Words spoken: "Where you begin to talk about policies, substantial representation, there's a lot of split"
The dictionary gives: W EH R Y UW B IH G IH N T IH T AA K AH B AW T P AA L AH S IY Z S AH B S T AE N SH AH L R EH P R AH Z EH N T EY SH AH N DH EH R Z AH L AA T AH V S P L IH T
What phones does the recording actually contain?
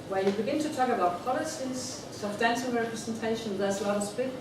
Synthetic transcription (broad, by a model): W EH Y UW B IH G IH N T IH T AA K AH B AW T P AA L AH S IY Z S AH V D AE N S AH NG R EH P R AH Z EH N T EY SH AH N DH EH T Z AH L AA T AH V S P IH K